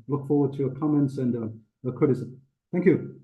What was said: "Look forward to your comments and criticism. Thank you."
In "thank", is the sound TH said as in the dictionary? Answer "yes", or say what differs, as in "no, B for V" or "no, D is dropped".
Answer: yes